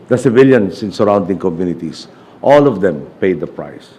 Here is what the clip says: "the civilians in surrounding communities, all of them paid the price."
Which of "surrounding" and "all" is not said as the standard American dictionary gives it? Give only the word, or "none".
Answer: none